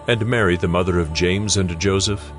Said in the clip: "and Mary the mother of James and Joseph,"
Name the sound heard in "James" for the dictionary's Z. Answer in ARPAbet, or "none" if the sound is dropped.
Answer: Z